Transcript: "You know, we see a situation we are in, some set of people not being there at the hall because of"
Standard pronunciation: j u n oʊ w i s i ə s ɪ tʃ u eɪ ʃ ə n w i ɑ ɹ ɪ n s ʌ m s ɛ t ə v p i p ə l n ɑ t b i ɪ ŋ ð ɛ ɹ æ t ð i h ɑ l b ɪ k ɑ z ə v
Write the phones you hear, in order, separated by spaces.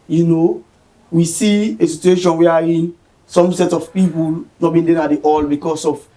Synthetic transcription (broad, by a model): j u n oʊ w i s i ə s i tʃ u eɪ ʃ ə n w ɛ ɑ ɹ ɪ n s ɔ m s ɛ t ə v p i p ə l n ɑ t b i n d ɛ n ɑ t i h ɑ l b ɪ k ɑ s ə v